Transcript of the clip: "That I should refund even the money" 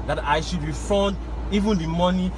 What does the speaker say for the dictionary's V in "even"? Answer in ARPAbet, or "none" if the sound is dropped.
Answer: V